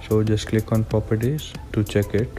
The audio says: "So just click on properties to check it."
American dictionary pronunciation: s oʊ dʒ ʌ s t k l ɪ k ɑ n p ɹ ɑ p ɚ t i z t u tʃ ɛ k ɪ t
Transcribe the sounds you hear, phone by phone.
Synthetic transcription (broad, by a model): s oʊ dʒ ʌ s t k l ɪ k ɑ n p ɹ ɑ p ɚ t i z t u tʃ ɛ k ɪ t